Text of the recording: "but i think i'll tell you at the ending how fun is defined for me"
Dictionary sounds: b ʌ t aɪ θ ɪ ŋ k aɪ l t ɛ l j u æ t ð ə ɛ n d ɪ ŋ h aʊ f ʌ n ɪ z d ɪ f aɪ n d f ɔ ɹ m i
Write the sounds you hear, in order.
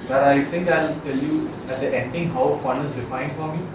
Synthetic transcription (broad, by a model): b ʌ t aɪ t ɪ ŋ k aɪ l t ɛ l j u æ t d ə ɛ n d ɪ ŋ h aʊ f ʌ n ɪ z d ɪ f aɪ n d f ɔ ɹ m i